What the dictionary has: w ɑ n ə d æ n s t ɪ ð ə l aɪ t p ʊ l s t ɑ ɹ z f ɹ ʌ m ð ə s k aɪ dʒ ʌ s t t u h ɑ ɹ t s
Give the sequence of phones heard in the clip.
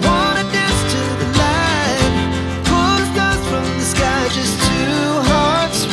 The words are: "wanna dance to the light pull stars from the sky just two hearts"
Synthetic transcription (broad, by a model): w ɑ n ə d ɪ s t ɪ ð ə l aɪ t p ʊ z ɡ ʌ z f ɹ ʌ m ð ə s k aɪ dʒ ʌ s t t u h ɑ ɹ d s